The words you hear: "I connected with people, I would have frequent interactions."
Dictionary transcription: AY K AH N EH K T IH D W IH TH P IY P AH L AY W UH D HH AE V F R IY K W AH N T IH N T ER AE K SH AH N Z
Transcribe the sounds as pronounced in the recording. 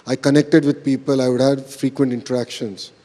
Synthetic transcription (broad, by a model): AY K AH N EH K T IH D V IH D P IY P AH L AY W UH D HH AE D F R IY K W AH N T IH N T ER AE K SH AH N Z